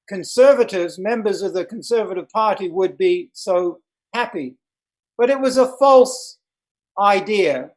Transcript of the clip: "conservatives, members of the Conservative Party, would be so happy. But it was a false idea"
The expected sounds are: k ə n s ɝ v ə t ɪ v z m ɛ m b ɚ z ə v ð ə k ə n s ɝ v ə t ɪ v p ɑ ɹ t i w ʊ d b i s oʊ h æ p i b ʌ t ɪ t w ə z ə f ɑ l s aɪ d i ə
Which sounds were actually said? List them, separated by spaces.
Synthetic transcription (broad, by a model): k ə n s ɝ v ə t ɪ v z m ɛ m b ɚ z ə v ð ə k n s ɝ v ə t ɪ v p ɑ ɹ t i w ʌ d b i s oʊ h æ p i b ʌ t ɪ t w ə z ə f ɑ l s aɪ d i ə